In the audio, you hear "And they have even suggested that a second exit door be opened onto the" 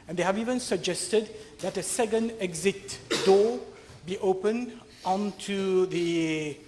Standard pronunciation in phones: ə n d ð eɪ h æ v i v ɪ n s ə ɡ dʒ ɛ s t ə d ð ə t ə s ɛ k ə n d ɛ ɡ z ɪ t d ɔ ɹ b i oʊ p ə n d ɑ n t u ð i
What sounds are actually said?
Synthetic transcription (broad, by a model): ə n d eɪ h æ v i v ɪ n s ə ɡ dʒ ɛ s t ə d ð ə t ə s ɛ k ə n d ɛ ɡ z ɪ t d ɔ b i oʊ p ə n ɑ n t u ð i